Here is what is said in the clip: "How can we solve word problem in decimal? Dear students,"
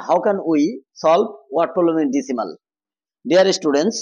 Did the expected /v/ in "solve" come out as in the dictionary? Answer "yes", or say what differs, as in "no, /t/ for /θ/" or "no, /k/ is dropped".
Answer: no, /b/ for /v/